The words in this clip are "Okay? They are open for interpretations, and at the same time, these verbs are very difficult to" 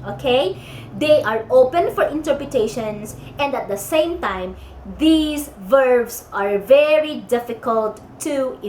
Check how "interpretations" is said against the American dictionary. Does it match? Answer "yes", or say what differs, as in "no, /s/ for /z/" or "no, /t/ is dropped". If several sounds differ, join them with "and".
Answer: no, /s/ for /z/